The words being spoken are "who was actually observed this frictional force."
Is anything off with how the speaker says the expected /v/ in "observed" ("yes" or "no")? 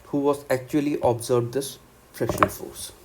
yes